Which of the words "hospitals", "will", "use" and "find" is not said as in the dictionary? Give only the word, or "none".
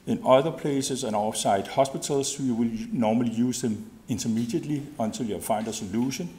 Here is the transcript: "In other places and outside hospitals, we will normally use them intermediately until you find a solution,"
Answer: hospitals